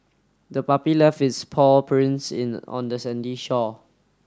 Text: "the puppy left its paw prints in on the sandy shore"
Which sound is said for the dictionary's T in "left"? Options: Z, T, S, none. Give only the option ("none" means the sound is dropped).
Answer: none